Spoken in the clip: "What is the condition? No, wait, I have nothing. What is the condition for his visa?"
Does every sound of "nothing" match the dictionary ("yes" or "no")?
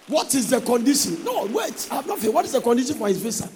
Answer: no